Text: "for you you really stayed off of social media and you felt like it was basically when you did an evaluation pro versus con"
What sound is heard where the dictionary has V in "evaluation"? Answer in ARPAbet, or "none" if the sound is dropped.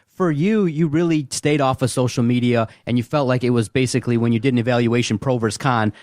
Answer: V